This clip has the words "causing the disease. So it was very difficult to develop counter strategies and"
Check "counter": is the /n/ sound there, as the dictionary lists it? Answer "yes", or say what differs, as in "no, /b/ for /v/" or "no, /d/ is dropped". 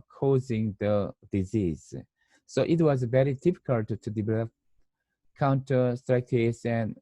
yes